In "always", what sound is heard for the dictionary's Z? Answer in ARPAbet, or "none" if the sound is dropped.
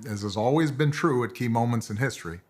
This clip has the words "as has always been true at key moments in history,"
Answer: Z